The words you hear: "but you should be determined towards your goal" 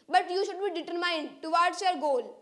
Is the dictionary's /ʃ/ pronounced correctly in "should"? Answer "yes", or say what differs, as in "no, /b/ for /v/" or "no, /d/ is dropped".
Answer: yes